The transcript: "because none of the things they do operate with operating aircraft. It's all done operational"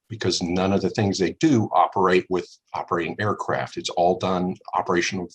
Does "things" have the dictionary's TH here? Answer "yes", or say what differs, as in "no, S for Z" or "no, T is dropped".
yes